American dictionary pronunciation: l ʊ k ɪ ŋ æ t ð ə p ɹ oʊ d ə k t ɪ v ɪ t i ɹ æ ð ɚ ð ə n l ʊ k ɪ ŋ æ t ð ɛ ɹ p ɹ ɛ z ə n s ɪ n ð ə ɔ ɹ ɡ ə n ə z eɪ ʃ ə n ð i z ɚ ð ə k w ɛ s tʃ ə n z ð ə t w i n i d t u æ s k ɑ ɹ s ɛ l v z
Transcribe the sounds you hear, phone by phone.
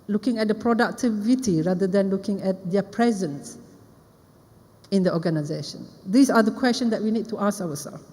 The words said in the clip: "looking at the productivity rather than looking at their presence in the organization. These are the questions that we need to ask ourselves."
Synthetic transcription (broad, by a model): l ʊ k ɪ ŋ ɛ t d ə p ɹ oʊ d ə k t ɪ v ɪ t i ɹ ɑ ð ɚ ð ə n l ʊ k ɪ ŋ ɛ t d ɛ p ɹ ɛ z ə n s ɪ n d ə ɔ ɡ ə n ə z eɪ ʃ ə n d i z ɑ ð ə k w ɛ s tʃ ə n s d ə t w i n i d t u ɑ s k ɑ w s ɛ l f